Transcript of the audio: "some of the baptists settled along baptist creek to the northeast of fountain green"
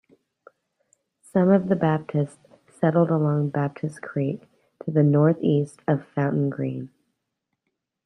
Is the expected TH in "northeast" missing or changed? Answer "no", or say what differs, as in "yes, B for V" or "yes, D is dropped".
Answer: no